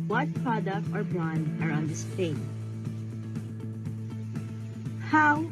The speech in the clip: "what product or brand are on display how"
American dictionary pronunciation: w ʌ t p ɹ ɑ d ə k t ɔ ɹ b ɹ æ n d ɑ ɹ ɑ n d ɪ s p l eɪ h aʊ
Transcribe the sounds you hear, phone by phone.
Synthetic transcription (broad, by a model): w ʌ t p ɹ ɑ d ə k t ɔ ɹ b ɑ n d ɑ ɹ ɑ n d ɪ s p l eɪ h aʊ